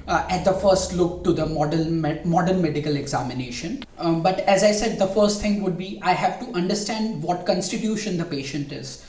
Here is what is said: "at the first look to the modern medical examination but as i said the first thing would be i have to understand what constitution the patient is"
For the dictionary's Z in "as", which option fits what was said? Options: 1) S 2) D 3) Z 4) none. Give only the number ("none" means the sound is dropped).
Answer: 3